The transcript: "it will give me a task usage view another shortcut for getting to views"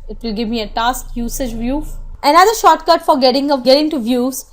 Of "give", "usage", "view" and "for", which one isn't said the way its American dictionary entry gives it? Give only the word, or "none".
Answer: none